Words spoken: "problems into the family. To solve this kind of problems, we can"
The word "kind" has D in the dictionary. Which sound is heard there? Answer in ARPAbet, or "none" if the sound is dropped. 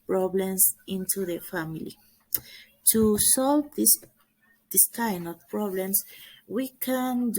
none